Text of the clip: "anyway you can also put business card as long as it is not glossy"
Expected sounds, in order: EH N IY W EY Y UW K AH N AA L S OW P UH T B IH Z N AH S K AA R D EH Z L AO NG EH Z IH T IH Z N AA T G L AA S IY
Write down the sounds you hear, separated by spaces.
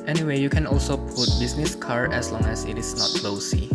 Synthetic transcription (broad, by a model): EH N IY W EY Y UW K AH N AA L S OW P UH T B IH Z N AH S K AA R EH S L AO NG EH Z IH T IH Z N AA T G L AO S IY